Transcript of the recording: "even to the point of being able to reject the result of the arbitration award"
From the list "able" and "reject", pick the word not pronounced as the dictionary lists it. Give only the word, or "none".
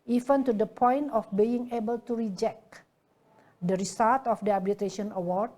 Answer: none